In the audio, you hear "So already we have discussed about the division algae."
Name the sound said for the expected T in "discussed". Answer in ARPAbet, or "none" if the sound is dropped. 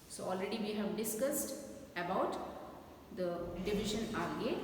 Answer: T